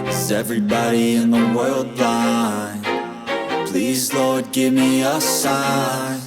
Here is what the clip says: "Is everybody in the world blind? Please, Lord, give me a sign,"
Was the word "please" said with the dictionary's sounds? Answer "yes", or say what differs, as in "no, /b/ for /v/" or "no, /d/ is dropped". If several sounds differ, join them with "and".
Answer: yes